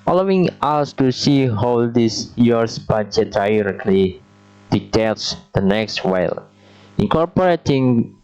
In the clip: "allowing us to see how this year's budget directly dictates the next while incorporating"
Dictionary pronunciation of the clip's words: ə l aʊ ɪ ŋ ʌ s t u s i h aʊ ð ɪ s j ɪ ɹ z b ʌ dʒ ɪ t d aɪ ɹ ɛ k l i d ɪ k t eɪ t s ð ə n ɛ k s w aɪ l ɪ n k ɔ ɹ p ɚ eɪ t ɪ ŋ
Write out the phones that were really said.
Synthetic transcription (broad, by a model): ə l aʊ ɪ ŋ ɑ s t u s i h aʊ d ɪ s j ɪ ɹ s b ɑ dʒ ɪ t d aɪ ɹ ɛ k l i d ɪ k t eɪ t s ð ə n ɛ k s w aɪ l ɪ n k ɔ ɹ p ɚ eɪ t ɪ ŋ